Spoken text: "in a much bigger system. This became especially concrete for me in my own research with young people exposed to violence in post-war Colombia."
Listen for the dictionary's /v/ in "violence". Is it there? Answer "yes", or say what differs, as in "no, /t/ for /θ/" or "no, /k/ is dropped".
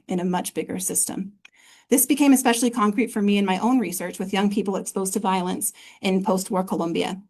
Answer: yes